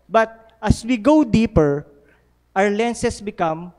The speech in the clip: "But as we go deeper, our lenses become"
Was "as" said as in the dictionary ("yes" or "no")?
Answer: no